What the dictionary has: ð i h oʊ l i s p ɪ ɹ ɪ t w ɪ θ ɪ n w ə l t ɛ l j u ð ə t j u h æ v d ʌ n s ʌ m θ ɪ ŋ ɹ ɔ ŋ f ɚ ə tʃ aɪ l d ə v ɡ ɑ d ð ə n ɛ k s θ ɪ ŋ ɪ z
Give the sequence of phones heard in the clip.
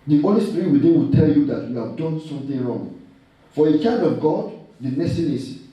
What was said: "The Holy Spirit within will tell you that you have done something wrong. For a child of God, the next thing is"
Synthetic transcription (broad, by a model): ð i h oʊ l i s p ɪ ɹ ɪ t w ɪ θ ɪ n w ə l t ɛ l j u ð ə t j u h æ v d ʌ n s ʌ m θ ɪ ŋ ɹ ɔ ŋ f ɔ ə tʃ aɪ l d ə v ɡ ɑ d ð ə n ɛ s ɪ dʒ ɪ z